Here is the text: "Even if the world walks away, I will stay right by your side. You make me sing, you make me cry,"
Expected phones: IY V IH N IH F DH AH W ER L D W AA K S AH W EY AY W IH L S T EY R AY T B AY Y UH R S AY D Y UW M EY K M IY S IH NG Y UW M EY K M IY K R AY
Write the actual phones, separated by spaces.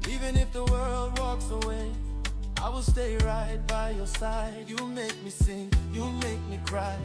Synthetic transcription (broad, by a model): IY V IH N IH F DH AH W ER L D W AA K S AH W EY AY W IH L S T EY R AY T B AY Y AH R S AY D Y UW M EY K M IY S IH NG Y UW M EY K M IY K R AY